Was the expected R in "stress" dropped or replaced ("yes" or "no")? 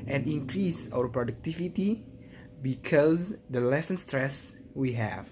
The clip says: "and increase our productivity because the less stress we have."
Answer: no